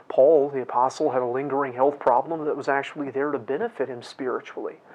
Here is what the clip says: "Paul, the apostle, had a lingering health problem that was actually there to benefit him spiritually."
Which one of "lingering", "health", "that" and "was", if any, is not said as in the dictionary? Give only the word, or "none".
none